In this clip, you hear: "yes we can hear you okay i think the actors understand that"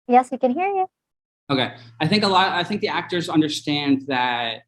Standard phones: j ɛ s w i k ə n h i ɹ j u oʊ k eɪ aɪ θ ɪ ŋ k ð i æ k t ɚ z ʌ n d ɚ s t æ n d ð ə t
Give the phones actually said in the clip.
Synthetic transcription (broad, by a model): j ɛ s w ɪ k ə n h i ɹ j u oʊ k eɪ aɪ θ ɪ ŋ k ð i æ k t ɚ z ʌ n d ɚ s t æ n d ð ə t